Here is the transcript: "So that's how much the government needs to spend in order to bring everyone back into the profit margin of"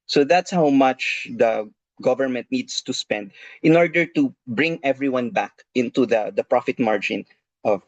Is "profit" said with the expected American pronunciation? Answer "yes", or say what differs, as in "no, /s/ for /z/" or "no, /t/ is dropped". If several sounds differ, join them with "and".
yes